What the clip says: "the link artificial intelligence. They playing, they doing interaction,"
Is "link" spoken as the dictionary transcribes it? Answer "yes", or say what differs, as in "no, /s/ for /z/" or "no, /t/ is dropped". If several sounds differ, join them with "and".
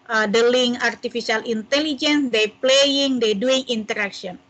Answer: no, /k/ is dropped